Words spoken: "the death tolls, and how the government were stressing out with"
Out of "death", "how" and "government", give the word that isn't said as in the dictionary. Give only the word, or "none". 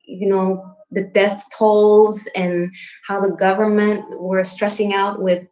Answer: none